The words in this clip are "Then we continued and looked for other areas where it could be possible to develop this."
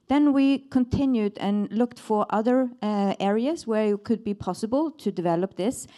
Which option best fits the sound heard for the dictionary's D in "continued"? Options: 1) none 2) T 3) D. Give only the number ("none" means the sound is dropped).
3